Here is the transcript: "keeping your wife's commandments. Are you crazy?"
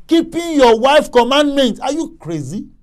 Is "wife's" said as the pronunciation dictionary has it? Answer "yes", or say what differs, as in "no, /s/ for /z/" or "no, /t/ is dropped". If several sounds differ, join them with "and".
no, /s/ is dropped